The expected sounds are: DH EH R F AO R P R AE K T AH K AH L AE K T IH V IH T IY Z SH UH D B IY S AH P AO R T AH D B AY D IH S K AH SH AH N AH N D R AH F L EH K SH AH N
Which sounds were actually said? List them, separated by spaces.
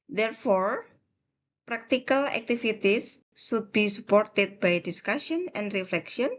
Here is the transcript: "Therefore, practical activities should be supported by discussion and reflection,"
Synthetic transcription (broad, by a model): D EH R F AO R P R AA K T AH K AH L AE K T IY F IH T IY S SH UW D B IY S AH P AO R T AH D B AY D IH S K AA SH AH N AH N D R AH F L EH K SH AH N